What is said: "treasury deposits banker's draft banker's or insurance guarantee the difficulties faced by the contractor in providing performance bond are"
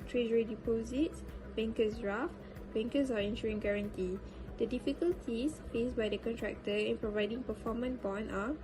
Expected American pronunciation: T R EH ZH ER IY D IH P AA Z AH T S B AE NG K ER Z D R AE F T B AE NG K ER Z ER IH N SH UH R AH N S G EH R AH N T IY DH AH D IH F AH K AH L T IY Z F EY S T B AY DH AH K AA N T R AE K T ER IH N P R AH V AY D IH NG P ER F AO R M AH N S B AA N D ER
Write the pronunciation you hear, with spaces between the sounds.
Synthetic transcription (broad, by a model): T R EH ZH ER IY D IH P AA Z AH T S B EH NG K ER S R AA F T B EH NG K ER S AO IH N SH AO R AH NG G EH R AH N T IY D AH D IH F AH K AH L T IY S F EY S B AY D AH K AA N T R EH K T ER IH N P R AH V AY D IH NG P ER F AO M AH N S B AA N AA